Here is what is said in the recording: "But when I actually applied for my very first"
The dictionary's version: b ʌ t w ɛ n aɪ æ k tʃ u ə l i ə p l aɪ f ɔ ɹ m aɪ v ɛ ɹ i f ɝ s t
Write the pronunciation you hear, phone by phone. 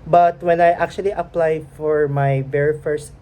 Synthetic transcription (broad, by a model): b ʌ t w ɛ n aɪ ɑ k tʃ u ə l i ə p l aɪ f ɔ ɹ m aɪ b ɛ ɹ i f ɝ s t